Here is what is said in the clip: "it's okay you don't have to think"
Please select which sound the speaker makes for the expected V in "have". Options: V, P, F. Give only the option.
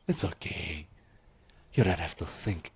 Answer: F